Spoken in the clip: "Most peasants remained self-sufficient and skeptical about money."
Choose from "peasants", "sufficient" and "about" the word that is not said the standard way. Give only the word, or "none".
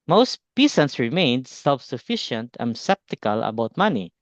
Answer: peasants